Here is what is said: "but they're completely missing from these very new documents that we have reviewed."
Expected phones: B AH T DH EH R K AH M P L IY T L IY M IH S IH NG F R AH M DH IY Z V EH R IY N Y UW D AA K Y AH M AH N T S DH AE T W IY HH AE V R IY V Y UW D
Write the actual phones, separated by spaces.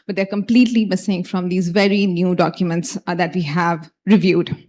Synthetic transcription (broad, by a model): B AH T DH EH R K AH M P L IY T L IY M IH S IH NG F R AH M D IY Z V EH R IY N Y UW D AA K Y AH M AH N T S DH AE T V IY HH AE V R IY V Y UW D